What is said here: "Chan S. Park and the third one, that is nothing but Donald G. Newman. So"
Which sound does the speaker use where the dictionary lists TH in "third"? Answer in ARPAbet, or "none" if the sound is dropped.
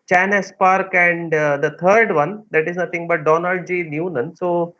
T